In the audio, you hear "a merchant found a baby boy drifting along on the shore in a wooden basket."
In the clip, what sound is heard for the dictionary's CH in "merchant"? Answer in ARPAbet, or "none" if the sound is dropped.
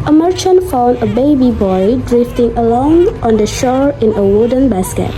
CH